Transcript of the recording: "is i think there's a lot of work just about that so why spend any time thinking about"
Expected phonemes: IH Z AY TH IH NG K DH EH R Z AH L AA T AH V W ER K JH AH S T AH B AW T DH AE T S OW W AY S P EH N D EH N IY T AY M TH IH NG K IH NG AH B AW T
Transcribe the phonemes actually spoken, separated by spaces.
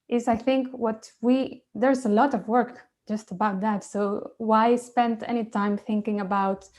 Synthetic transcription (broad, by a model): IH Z AY TH IH NG K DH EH R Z AH L AA T AH V W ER K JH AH S T AH B AW T DH AE T S OW W AY S P EH N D EH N IY T AY M TH IH NG K IH NG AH B AW T